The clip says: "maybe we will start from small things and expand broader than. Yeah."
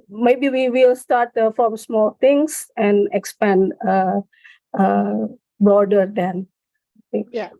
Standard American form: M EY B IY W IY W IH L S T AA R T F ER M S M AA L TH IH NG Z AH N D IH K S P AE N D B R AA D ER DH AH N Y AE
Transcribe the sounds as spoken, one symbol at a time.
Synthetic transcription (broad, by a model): M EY B IY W IY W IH L S T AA R T F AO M S M AA L T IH NG S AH N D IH K S P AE N D B R AA D ER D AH N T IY